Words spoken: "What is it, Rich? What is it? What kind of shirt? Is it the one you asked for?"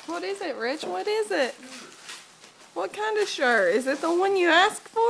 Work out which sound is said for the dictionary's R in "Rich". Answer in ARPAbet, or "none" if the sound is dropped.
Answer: R